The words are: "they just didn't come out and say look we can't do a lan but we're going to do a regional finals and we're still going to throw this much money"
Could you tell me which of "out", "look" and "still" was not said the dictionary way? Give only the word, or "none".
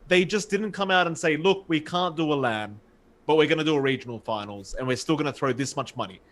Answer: none